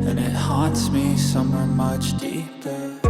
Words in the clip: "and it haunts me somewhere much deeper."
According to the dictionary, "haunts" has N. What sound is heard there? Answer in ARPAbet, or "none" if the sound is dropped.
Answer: N